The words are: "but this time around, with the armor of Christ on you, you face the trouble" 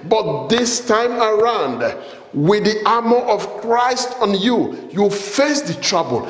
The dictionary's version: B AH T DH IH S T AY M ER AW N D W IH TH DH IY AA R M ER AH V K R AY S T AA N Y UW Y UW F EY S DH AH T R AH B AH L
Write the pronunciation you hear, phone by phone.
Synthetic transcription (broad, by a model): B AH T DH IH S T AY M ER AW N D W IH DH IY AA M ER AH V K R AY S T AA N Y UW Y UW F EY S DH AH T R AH B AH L